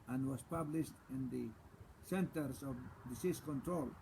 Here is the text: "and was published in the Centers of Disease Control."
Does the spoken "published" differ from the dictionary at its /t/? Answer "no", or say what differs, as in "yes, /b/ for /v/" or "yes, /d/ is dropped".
no